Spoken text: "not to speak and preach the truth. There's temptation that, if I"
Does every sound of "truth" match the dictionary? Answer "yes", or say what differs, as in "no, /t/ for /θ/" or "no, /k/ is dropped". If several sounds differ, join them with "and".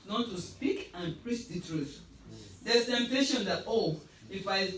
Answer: yes